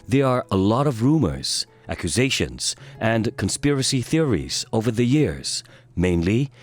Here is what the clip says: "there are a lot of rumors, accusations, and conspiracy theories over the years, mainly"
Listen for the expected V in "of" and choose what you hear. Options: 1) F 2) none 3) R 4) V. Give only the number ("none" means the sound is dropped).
4